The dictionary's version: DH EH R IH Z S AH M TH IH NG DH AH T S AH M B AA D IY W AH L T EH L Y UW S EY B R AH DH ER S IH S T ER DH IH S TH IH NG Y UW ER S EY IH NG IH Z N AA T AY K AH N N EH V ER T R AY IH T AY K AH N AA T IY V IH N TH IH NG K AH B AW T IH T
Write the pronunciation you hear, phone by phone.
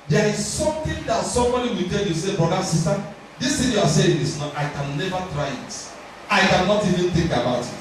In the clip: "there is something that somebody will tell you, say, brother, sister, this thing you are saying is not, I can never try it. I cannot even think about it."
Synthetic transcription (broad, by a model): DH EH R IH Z S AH M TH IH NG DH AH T S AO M AA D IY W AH T EH L Y UW S EY B R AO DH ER S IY S T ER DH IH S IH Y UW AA S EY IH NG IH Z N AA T AY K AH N N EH V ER T R AY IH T AY K AH N AA T IY V IH N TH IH NG K AH B AW T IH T